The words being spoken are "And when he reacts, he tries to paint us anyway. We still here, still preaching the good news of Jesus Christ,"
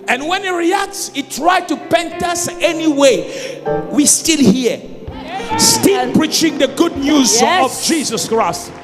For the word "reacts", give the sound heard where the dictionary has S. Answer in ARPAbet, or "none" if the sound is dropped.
S